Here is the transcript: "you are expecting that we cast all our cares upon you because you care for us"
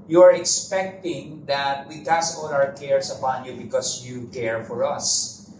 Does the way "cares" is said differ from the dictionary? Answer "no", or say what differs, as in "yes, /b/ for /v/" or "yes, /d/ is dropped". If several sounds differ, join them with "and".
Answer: yes, /s/ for /z/